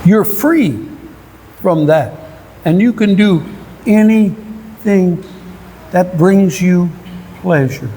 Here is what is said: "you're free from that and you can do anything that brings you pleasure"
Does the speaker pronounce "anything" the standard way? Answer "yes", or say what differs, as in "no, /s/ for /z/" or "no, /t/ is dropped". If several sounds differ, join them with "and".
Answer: yes